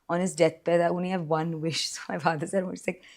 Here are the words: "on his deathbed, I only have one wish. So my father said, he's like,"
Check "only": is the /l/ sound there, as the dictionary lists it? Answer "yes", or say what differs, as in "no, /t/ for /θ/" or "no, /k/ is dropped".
no, /l/ is dropped